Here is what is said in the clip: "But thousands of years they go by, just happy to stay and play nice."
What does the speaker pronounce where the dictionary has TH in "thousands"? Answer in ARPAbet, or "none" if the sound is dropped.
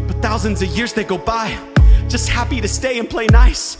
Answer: TH